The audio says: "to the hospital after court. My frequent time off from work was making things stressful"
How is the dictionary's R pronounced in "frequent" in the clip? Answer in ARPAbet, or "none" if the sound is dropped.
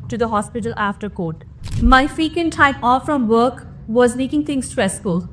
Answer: none